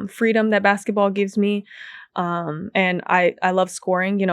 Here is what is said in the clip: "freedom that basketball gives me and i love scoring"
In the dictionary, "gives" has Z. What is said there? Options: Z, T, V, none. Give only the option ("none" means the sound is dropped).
Z